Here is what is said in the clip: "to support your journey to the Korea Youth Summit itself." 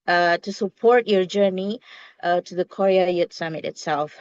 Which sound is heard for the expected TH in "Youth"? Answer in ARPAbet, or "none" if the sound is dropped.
T